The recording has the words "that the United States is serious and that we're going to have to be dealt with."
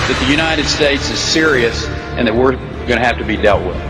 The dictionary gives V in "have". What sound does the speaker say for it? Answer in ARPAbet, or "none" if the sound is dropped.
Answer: F